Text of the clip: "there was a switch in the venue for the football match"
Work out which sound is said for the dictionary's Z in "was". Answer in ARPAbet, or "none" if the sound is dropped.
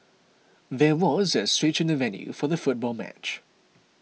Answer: Z